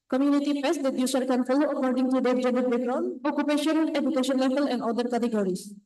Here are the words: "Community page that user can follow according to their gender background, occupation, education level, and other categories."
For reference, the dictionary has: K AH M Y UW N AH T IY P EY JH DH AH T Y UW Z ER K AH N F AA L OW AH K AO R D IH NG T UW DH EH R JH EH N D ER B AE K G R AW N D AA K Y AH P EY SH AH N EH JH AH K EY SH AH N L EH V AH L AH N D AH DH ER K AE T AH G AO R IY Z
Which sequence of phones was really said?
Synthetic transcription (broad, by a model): K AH M Y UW N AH T IY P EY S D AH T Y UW S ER K AH N F AA L OW AH K AO R D IH NG T UW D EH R JH EH N D ER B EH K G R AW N AA K Y AH P EY SH AH N EH JH AH K EY SH AH N L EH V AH L AH N D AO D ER K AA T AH G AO R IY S